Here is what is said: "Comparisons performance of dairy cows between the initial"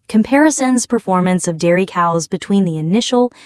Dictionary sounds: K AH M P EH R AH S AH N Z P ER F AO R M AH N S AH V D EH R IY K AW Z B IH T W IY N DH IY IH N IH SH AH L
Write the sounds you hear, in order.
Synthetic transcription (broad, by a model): K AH M P EH R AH S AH N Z P ER F AO R M AH N S AH V D EH R IY K AW Z B IH T W IY N DH IY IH N IH SH L